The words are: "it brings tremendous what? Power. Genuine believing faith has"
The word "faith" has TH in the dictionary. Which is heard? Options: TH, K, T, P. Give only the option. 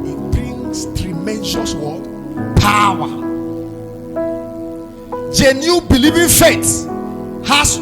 T